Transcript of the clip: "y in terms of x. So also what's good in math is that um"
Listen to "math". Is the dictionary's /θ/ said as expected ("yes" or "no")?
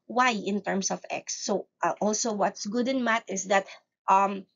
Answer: no